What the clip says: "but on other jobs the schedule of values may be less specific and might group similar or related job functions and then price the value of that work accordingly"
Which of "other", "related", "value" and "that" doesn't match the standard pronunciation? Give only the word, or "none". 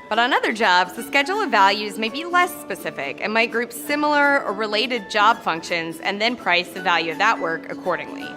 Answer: none